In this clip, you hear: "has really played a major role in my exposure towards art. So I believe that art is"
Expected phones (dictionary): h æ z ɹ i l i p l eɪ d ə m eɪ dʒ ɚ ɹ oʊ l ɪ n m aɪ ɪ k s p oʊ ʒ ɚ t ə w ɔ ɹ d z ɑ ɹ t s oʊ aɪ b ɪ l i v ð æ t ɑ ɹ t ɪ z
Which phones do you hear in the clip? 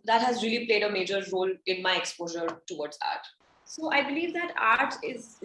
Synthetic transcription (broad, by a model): h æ z ɹ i l i p l eɪ d ə m eɪ dʒ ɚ ɹ oʊ l ɪ n m aɪ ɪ k s p oʊ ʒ ɚ t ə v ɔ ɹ d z ɑ ɹ t s oʊ aɪ b ɪ l i v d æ t ɑ ɹ t ɪ z